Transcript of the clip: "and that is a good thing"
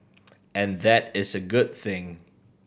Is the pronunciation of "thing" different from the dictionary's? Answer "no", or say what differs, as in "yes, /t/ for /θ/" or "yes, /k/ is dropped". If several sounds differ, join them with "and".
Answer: no